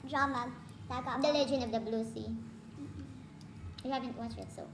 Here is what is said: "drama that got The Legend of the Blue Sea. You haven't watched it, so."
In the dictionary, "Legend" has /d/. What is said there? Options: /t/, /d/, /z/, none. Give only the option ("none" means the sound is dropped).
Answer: none